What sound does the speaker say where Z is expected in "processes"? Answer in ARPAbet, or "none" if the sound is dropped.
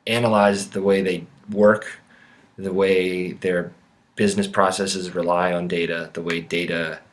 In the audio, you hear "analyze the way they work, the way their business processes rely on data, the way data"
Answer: Z